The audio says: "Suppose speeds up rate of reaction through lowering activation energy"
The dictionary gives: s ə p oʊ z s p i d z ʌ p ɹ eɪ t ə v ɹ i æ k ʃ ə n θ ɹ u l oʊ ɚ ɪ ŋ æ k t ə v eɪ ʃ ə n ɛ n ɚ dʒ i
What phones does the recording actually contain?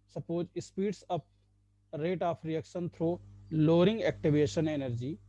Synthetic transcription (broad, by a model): s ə p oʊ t s p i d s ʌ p ɹ eɪ t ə p ɹ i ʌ k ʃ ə n t ɹ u l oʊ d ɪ ŋ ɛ k t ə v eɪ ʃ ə n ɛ n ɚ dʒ i